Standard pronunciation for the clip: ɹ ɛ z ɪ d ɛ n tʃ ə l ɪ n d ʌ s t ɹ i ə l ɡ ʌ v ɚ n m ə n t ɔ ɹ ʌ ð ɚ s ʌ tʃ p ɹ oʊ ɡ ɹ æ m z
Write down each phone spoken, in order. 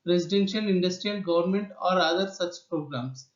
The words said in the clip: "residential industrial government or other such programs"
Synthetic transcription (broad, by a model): ɹ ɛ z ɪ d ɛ n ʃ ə l ɪ n d ʌ s t ɹ i ə l ɡ ʌ v ɚ n m ə n t ɔ ɹ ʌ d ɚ s ʌ tʃ p ɹ oʊ ɡ ɹ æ m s